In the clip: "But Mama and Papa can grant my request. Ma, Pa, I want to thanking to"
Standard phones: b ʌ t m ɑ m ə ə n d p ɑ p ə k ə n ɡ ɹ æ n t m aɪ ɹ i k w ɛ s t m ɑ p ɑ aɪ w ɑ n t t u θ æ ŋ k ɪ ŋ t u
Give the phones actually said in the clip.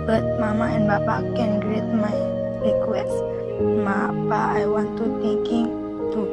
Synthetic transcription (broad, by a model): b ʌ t m ɑ m ə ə n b ɑ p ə k ə n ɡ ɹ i t m aɪ ɹ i k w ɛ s m ɑ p ɑ aɪ w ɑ n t t u t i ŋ k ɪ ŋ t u